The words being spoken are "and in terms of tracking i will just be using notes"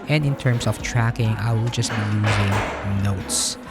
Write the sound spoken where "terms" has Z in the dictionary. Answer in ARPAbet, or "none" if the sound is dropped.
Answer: S